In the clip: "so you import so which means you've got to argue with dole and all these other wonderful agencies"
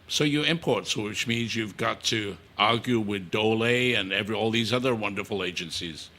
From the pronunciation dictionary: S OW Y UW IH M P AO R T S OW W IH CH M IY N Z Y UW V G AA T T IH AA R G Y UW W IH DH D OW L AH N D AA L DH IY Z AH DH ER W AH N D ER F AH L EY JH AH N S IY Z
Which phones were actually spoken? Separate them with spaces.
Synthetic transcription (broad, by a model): S OW Y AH IH M P AO R T S W IH CH M IY N Z Y UW V G AA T T IH AA R G Y UW W IH DH D OW L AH N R AA L DH IY Z AH DH ER W AH N D ER F L EY JH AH N S IY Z